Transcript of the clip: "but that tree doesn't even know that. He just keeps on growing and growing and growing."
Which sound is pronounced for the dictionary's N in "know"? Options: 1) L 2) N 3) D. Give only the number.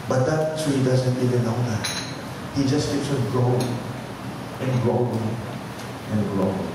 1